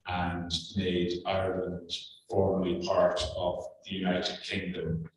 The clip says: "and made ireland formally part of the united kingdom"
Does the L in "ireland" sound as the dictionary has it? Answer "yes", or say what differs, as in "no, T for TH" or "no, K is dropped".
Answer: yes